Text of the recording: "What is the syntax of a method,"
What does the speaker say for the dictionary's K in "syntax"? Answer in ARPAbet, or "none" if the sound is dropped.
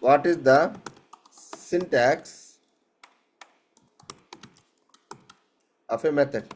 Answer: K